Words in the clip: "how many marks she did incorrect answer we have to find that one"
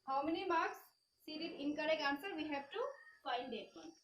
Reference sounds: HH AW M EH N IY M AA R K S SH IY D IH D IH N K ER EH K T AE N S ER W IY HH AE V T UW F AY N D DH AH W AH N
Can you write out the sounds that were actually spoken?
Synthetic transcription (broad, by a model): HH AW M EH N IY M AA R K S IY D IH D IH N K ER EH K AA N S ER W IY HH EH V T UW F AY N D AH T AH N